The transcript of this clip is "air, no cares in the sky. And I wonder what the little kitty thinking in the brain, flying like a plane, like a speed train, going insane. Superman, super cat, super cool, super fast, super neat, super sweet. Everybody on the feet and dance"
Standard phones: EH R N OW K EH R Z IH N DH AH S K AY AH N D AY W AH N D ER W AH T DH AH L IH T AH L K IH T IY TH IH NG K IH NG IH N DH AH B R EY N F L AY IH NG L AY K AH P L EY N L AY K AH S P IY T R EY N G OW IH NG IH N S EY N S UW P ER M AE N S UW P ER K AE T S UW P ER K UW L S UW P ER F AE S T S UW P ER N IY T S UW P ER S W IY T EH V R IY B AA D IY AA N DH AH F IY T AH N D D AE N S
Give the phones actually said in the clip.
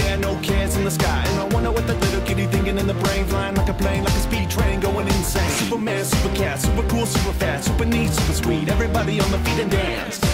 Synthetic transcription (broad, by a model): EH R N OW K EH R Z IH N DH AH S K AY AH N AY W AH N D ER W AH T DH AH L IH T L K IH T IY TH IH NG K IH NG IH N DH AH B R EY N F L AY IH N L AY K AH P L EY N L AY K AH S P IY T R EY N G OW IH NG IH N S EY S UW P ER M AE N S UW P ER K AE T S UW P ER K UW L S UW P ER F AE T S UW P ER N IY S UW P ER S W IY T EH V R IY B AA D IY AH N DH AH F IY T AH N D D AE N S